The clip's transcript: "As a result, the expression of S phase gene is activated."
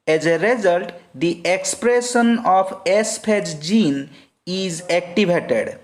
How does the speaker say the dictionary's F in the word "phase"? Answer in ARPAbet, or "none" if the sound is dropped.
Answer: P